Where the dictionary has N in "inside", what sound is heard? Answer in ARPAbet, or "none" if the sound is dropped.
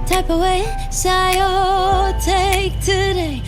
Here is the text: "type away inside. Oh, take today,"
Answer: none